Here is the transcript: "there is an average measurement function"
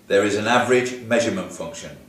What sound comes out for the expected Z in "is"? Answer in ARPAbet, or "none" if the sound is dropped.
Z